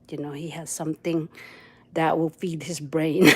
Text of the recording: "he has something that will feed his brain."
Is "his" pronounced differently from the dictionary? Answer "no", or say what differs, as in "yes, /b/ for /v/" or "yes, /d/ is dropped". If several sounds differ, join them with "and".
no